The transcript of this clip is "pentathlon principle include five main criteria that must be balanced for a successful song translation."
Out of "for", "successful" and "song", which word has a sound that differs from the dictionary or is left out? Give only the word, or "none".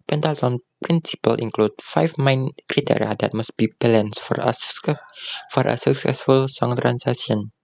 none